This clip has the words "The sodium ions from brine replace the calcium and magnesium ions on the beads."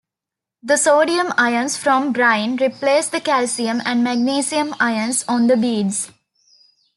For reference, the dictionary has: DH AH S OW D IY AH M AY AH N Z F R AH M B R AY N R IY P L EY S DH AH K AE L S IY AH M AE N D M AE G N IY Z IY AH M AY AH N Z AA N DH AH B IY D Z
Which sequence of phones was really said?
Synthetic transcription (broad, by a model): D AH S OW D IY AH M AY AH N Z F R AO M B R AY N R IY P L EY S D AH K AE L S IY AH M AE N D M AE G N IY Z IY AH M AY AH N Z AA N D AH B IY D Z